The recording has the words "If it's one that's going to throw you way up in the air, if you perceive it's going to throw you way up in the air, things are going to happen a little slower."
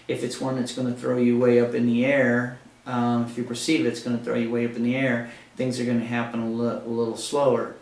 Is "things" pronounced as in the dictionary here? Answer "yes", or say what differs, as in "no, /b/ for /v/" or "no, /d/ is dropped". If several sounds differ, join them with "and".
yes